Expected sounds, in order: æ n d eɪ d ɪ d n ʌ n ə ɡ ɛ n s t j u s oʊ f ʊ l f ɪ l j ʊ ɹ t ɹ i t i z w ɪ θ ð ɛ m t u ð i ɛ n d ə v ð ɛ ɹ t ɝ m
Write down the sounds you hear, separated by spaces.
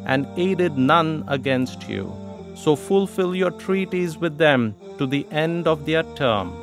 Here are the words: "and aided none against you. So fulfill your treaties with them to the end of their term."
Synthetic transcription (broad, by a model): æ n d eɪ d ɪ d n ʌ n ə ɡ ɛ n s t j u s oʊ f ʊ l f ɪ l j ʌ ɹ t ɹ i t i z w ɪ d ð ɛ m t u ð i ɛ n d ə v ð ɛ ɹ t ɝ m